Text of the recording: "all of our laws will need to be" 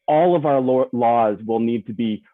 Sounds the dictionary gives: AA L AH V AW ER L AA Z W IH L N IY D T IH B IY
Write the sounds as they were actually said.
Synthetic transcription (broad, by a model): AA L AH V AW ER L AA Z W IH L N IY D T IH B IY